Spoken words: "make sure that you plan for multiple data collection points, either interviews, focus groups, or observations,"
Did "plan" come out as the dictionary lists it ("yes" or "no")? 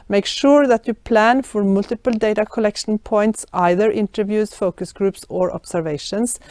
yes